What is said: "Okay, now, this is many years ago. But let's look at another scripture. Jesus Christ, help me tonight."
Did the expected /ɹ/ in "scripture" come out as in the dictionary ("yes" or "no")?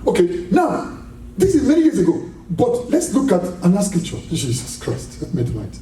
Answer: no